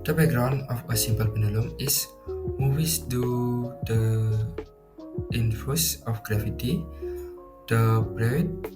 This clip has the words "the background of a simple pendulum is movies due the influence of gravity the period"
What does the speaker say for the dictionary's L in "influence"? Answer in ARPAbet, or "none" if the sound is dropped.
none